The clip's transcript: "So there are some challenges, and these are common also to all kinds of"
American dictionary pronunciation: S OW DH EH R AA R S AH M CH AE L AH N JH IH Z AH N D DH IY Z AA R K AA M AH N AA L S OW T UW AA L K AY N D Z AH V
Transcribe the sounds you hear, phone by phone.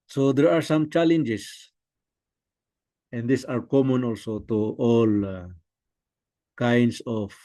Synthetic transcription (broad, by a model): S OW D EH R AA R S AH M CH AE L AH N JH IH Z AH N D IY S AA R K AA M AH N AA L S OW T UW AA L K AY N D S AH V